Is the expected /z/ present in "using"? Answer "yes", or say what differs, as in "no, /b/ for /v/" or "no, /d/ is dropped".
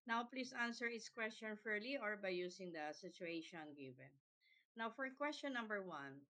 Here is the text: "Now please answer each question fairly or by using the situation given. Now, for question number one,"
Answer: no, /s/ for /z/